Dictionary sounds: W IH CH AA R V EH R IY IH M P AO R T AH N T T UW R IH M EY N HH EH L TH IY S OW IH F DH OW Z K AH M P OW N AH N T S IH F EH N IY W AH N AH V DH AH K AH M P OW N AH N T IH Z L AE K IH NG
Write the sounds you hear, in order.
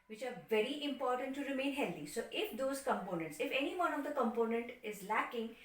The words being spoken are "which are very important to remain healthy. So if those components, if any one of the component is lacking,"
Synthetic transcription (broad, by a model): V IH CH AA R V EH R IY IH M P AO R T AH N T T UW R IH M EY N HH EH L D IY S OW IH F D OW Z K AH M P OW N AH N T S IH F EH N IY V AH N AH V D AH K AH M P OW N AH N T IH Z L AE K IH NG